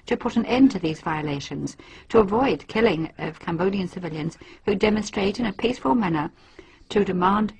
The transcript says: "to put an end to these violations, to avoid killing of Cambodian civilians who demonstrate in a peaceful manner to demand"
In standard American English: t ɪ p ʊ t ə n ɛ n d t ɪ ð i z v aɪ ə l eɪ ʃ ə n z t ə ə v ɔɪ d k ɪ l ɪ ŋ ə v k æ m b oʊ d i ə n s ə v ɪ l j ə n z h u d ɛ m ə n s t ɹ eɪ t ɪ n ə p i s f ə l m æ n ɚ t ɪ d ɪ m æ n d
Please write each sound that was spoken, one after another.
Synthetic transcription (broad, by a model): t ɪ p ʊ t n ɛ n t ɪ ð i z v aɪ ə l eɪ ʃ ə n z t ə ə v ɔɪ d k ɪ l ɪ ŋ ə v k æ m b oʊ d i ə n s ə v ɪ l j ə n z h u d ɛ m ə n s t ɹ eɪ t ɪ n ə p i s f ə l m æ n ɚ t ɪ d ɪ m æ n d